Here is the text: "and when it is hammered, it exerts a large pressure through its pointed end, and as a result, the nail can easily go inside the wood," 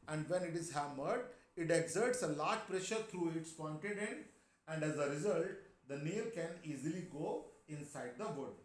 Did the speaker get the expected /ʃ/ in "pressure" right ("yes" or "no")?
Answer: yes